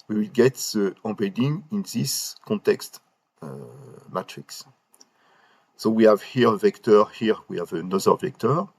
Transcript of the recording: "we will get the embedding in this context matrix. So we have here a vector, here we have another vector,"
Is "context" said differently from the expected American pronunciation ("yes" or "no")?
no